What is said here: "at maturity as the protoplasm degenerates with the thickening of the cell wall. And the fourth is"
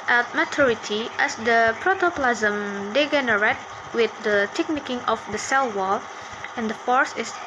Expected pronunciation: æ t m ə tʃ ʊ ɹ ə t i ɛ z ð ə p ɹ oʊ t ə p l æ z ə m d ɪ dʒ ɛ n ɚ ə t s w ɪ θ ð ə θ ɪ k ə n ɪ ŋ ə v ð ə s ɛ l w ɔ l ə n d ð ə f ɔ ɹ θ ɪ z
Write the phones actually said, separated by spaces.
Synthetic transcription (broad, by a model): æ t m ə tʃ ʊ ɹ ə t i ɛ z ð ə p ɹ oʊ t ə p l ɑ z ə m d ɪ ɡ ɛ n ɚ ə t w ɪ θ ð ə t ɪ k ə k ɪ ŋ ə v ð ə s ɛ l w ɔ l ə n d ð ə f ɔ ɹ s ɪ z